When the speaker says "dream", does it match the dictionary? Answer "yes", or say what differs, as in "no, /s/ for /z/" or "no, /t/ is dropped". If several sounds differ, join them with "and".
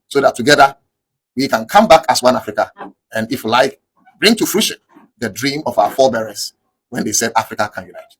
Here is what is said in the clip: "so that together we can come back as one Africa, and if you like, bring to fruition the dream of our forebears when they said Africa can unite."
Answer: yes